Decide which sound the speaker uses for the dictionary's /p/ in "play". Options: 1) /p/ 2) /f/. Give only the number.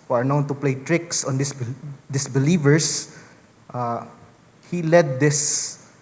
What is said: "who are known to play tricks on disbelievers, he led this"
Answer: 1